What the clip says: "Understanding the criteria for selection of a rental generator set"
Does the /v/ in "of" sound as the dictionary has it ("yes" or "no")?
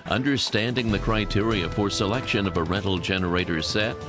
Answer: yes